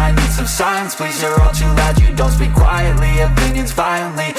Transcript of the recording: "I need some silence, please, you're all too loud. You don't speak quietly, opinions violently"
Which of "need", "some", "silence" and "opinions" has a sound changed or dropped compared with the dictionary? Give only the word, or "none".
silence